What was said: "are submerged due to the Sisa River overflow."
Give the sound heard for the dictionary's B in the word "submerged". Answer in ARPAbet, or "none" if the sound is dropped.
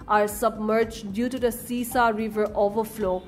B